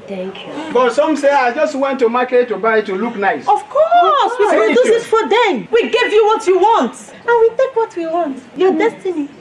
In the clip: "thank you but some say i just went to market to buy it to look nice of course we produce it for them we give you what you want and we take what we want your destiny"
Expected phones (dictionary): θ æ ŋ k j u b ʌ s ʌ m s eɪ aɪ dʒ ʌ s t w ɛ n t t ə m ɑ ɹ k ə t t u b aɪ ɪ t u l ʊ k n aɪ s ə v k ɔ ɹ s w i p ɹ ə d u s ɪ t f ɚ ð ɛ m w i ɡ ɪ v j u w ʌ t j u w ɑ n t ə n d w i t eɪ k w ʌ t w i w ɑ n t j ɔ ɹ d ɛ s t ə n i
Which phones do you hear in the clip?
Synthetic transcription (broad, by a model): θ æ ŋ k j u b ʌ s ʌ m s eɪ aɪ dʒ ʌ s t w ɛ n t t ə m ɑ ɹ k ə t t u b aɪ ɪ t u l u k n aɪ s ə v k ɔ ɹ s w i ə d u ɪ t f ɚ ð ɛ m w i ɡ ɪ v j u w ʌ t j u w ɑ n t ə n w i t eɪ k w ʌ t w i w ɑ n t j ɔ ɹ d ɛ s t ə n i